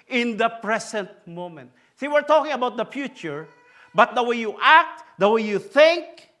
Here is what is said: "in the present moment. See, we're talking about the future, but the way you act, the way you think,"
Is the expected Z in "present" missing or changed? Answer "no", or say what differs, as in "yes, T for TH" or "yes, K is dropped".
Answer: yes, S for Z